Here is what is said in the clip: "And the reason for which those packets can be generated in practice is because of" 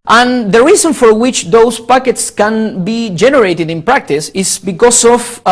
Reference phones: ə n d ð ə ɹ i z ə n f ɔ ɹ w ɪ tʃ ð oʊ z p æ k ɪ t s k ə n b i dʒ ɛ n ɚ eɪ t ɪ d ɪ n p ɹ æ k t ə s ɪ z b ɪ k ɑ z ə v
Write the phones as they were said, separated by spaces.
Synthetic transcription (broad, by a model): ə n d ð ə ɹ i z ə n f ɔ ɹ w ɪ tʃ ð oʊ s p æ k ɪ t s k ə n b i dʒ ɛ n ɚ eɪ t ɪ d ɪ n p ɹ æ k t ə s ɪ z b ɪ k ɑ s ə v